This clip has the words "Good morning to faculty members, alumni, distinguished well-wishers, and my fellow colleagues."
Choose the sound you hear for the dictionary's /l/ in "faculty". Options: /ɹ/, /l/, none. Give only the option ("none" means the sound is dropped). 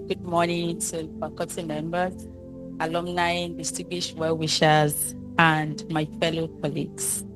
none